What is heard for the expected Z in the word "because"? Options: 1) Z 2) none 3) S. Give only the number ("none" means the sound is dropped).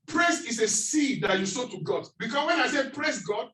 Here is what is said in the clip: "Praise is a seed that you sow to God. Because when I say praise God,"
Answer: 3